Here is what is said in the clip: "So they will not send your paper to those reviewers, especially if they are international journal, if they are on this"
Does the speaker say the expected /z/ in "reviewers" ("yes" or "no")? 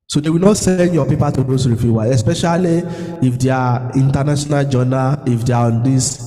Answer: no